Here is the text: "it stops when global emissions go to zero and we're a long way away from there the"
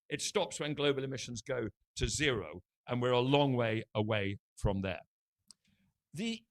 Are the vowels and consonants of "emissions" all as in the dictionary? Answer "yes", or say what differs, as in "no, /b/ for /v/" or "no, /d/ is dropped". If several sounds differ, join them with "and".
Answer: yes